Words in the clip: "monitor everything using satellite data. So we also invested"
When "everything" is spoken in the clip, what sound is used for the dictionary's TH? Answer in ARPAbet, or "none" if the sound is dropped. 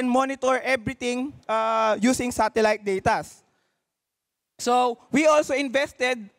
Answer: T